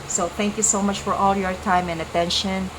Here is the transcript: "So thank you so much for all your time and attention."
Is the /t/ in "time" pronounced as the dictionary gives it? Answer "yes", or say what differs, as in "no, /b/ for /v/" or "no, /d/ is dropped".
yes